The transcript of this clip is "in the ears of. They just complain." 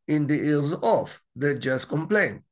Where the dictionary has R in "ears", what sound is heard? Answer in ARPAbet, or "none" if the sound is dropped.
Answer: L